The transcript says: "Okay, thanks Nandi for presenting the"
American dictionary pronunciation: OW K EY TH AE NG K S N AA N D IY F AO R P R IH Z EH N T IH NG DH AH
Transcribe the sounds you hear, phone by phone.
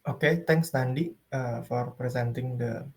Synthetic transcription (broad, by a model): OW K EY T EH NG K S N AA N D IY F AO R P R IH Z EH N T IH NG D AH